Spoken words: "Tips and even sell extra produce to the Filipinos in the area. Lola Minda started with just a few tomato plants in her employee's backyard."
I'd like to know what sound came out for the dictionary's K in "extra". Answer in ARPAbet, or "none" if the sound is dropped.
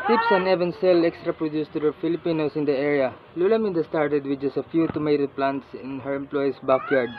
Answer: K